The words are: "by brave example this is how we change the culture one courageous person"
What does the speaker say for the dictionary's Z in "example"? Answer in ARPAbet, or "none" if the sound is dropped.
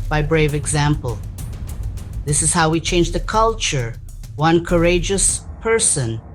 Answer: Z